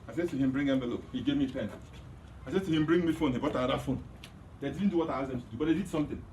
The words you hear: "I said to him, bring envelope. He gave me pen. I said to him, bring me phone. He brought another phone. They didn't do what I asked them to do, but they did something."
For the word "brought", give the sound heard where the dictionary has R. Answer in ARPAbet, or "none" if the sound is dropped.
none